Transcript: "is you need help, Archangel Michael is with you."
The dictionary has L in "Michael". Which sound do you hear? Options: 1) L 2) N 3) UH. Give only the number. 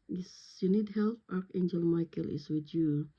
1